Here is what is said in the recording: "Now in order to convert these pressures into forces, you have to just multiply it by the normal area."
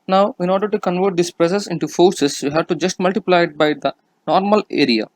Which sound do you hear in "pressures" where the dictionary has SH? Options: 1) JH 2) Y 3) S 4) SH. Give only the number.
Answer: 3